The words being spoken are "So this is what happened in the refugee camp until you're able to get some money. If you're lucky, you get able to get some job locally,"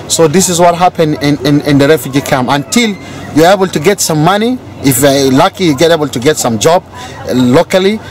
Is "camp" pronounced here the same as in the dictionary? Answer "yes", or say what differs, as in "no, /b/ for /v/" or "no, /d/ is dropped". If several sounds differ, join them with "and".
no, /p/ is dropped